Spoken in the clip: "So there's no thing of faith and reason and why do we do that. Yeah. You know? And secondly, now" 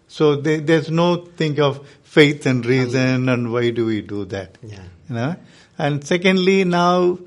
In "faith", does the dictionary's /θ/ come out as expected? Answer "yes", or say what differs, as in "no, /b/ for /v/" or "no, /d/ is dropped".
no, /t/ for /θ/